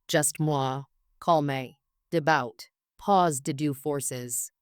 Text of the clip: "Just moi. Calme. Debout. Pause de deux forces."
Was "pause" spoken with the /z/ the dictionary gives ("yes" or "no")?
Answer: yes